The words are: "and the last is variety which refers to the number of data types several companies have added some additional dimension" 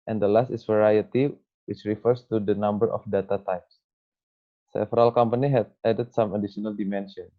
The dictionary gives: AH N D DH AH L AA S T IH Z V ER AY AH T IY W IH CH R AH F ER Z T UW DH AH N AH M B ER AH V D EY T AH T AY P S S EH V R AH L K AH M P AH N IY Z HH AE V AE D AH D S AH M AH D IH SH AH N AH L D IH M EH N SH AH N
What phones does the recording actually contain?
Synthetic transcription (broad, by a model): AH N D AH L AA S T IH S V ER AY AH T IY W IH CH R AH F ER S T UW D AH N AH M B ER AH F D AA T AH T AY P S S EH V R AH L K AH M P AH N IY HH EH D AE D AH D S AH M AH D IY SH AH N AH L D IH M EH N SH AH N